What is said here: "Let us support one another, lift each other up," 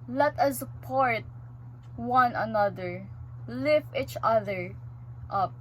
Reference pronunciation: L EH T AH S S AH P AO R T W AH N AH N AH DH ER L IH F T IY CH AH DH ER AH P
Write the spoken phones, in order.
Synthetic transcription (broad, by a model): L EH T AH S S AH P AO R T W AH N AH N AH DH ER L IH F IY CH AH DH ER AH P